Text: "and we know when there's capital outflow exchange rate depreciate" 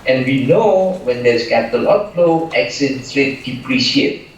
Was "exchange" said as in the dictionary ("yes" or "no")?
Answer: no